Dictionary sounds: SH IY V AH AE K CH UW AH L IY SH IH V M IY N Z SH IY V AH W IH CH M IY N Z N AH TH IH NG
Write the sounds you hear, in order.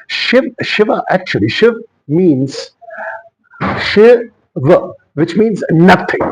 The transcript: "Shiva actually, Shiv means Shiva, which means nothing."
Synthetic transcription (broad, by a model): SH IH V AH AE K CH UW AH L IY SH IH V M IY N Z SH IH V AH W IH CH M IY N Z N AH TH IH NG